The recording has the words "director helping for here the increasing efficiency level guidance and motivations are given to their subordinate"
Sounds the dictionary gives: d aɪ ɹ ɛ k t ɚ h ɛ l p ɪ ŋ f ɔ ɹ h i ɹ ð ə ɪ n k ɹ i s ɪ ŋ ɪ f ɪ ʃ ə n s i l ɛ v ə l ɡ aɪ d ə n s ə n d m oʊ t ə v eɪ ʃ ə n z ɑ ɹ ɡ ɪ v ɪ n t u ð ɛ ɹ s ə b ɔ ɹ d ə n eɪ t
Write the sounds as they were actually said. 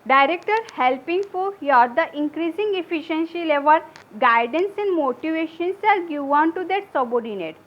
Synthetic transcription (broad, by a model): d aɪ ɹ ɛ k t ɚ h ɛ l p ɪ ŋ f ɔ ɹ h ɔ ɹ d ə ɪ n k ɹ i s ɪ ŋ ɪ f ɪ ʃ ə n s i l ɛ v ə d ɡ aɪ d ə n s ə n d m oʊ t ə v eɪ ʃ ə n s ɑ l ɡ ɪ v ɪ n t u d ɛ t s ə b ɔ ɹ d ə n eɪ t